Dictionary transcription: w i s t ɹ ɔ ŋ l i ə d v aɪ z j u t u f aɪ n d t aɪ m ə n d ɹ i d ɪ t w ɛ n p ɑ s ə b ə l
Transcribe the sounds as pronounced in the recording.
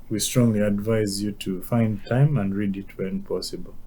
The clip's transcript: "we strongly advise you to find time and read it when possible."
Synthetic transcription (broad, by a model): w i s t ɹ ɔ ŋ l i ə d v aɪ z j u t u f aɪ n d t aɪ m ə n d ɹ i d ɪ t w ɛ n p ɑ s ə b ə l